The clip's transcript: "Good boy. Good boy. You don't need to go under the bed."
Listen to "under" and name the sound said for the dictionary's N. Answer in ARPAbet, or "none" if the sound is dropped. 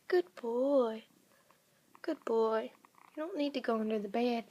N